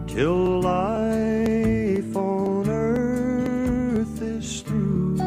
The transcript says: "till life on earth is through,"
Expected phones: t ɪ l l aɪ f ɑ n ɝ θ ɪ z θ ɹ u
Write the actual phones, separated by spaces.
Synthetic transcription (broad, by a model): t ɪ l l aɪ f ɑ n ɝ θ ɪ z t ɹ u